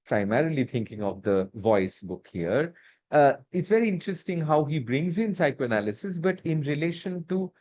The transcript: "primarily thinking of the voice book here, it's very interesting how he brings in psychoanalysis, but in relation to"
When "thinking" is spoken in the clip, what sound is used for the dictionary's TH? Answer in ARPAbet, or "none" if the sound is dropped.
T